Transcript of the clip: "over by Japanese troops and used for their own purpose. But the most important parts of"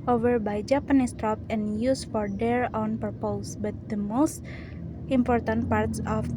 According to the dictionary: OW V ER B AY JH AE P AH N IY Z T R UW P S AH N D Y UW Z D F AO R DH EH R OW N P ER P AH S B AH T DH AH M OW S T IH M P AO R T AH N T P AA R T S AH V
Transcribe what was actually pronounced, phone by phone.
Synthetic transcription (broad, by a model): OW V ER B AY JH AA P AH N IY S T R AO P AH N Y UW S F AO R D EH R OW N P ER P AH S B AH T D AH M OW S T IH M P AO R T AH N T P AA R T S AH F